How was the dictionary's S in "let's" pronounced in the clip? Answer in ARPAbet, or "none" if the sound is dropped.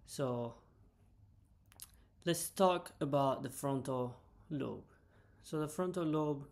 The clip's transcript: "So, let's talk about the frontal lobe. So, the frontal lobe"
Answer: S